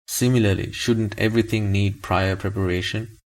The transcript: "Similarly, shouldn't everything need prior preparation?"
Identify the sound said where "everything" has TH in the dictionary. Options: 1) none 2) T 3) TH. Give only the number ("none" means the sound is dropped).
2